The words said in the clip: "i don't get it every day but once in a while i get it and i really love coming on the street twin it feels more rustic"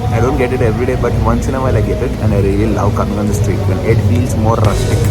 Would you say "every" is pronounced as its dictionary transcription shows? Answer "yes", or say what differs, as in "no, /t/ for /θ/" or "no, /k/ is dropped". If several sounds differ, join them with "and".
yes